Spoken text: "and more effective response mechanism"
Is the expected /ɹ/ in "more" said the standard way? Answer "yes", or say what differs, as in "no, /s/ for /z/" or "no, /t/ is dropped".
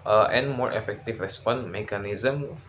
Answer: yes